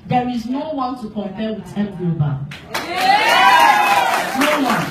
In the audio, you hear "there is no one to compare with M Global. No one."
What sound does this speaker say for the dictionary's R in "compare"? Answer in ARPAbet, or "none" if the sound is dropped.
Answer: L